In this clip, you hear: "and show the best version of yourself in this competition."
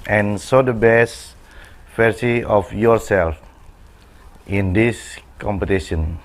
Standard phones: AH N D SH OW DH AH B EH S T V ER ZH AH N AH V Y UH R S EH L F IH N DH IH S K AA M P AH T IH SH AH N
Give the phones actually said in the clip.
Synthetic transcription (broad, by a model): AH N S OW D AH B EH S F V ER S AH AH F Y UH R S EH L F IH N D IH S K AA M P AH T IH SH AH N